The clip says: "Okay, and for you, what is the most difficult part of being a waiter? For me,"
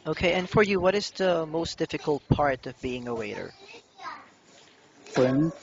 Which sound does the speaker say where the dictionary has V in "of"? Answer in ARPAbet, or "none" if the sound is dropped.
V